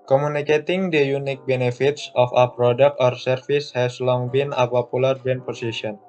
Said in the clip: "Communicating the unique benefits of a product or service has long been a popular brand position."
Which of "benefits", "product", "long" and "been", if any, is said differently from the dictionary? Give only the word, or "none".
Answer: none